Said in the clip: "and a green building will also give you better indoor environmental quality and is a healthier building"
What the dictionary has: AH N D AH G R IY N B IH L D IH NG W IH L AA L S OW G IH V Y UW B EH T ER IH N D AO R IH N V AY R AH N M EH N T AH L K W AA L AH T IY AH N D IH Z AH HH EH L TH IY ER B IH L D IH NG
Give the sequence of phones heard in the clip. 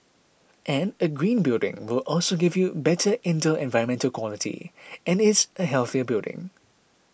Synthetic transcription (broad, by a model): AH N AH G R IY N B IH L D IH NG W IH L AA L S OW G IH V Y UW B EH T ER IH N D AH L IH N V AY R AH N M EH N T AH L K W AA L AH T IY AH N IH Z AH HH EH L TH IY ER B IH L D IH NG